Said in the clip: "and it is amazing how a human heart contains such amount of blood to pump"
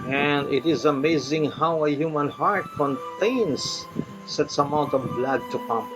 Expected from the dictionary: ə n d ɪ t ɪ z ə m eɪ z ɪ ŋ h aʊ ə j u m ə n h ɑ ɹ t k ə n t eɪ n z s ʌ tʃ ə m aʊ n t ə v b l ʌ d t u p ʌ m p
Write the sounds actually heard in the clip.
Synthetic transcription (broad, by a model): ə n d ɪ t ɪ z ə m eɪ z ɪ ŋ h aʊ ə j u m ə n h ɑ ɹ t k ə n t eɪ n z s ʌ s ə m aʊ n t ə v b l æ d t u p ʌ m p